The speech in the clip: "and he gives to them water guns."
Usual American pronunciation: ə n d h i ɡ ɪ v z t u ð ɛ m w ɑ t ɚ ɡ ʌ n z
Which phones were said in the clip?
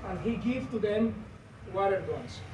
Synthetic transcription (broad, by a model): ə n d h i ɡ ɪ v t u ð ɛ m w ɑ t ɚ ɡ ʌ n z